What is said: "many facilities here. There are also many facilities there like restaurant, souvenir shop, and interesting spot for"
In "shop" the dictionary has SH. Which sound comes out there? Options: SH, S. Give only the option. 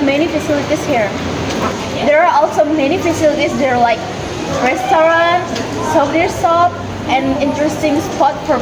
S